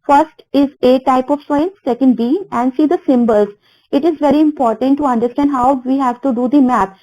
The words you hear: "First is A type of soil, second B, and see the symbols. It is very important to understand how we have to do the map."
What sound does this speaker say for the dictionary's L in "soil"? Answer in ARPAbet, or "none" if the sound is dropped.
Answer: N